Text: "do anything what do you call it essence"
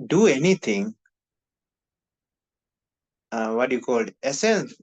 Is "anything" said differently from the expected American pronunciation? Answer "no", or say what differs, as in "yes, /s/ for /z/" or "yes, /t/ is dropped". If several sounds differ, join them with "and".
yes, /t/ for /θ/